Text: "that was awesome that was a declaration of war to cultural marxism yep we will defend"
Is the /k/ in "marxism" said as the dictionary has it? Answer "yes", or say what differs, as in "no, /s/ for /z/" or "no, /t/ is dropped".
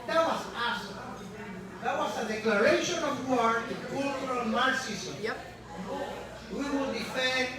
no, /k/ is dropped